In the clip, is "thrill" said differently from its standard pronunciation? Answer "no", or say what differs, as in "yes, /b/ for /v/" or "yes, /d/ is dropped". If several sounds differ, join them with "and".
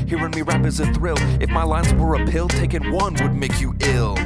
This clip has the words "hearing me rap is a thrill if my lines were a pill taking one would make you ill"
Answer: no